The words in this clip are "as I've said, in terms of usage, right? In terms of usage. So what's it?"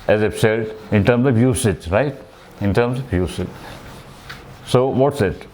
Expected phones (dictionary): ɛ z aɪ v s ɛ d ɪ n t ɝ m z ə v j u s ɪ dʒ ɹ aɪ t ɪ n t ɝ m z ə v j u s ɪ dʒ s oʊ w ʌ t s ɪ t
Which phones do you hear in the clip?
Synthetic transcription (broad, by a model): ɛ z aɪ p s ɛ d ɪ n t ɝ m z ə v j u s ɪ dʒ ɹ aɪ t ɪ n t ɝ m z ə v j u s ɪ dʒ s oʊ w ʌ t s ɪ t